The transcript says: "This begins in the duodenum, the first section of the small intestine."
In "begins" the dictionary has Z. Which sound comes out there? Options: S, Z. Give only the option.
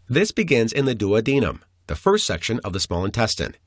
Z